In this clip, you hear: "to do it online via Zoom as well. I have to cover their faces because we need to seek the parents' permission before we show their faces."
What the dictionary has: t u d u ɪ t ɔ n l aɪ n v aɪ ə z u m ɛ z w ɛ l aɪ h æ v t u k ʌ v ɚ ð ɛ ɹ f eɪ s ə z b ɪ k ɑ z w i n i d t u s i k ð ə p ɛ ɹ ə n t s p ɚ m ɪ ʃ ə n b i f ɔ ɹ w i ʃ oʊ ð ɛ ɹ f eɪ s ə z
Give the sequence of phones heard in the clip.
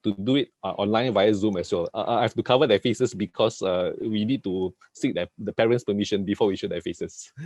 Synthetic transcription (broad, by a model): t u d u ɪ t ɔ n l aɪ n v aɪ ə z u m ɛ s w ɛ l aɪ h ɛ f t u k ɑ v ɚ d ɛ f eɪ s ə s b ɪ k ɑ s w i n i d t u s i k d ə p ɛ ɹ ə n t s p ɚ m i ʃ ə n b i f ɔ w i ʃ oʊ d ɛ f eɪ s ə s